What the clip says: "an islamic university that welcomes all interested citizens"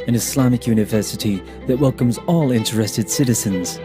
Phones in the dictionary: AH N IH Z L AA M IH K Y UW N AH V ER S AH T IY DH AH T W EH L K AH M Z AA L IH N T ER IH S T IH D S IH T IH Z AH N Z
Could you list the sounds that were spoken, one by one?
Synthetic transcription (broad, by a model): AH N IH S L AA M IH K Y UW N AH V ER S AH T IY DH AH T W EH L K AH M Z AA L IH N T ER IH S T IH D S IH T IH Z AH N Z